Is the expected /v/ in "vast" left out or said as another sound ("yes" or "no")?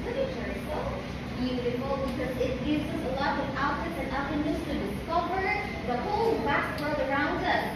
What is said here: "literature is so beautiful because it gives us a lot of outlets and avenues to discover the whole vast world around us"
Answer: yes